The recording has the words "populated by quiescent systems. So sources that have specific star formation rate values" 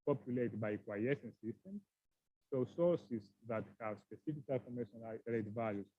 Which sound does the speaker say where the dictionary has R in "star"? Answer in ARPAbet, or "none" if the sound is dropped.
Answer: L